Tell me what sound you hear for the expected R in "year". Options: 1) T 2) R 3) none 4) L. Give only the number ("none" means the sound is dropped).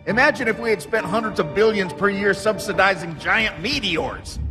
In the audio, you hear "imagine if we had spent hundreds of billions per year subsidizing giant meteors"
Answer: 2